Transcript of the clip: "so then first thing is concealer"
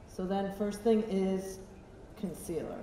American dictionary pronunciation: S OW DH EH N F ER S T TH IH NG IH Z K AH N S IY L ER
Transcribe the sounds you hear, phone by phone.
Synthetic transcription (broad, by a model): S OW DH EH N F ER S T TH IH NG IH Z K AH N S IY L ER